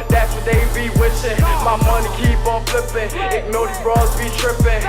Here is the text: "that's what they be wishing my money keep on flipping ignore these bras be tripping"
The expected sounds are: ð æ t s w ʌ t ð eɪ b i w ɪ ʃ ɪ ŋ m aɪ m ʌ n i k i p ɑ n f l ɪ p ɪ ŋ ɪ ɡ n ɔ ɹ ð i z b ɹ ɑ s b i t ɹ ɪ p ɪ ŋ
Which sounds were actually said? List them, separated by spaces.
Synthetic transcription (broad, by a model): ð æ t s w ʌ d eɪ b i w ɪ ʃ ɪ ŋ m aɪ m ʌ n i k i p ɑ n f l ɪ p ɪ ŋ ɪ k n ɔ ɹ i b ɹ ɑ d b i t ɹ ɪ p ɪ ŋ